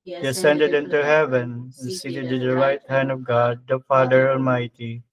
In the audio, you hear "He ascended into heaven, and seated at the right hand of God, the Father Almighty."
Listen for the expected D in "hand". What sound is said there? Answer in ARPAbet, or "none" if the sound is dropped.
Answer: D